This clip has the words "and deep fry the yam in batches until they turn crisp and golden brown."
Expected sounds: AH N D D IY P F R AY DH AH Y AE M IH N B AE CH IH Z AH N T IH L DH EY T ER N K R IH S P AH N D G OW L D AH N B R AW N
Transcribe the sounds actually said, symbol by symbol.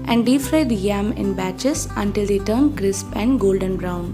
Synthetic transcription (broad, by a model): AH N D D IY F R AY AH Y AE M IH N B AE CH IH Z AH N T IH L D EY T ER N K R IH S P AH N D G OW L D AH N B R AW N